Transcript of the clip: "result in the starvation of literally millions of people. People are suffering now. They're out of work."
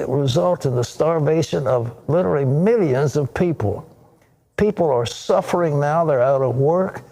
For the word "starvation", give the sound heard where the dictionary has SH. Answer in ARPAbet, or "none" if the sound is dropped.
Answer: SH